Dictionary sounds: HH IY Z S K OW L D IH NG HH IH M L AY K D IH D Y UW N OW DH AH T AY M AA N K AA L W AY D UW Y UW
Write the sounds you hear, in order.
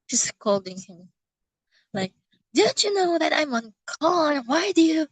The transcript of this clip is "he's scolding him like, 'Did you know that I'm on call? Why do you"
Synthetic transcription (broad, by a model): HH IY S K OW L D IH NG HH IH M L AY K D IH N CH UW N OW DH AH T AY M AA N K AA N W AY D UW Y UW